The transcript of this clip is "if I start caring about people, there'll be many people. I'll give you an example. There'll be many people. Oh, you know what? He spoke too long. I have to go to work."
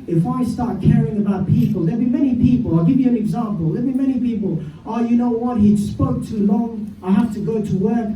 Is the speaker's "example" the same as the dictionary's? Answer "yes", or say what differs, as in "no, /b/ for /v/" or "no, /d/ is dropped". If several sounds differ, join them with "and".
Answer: yes